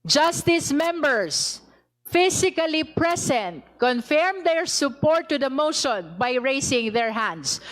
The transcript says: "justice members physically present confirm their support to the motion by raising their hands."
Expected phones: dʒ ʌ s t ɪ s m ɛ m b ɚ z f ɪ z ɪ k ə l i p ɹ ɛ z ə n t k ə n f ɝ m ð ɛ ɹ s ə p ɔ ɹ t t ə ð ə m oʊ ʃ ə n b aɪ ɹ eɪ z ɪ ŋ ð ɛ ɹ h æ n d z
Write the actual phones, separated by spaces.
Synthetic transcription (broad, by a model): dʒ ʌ s t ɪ s m ɛ m b ɚ s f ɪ s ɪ k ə l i p ɹ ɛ s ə n t k ə n f ɝ m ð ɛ ɹ s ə p ɔ ɹ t t ə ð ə m oʊ ʃ ə n b aɪ ɹ eɪ s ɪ ŋ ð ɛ ɹ h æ n d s